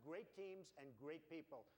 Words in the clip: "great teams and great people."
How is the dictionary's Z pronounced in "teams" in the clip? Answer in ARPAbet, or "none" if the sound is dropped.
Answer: Z